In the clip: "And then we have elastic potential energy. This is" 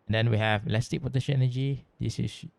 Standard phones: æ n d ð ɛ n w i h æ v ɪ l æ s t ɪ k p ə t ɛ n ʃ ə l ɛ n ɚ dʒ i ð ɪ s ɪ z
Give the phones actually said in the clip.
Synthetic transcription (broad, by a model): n d ɛ n w i h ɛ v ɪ l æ s t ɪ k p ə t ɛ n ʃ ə n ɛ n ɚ dʒ i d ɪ s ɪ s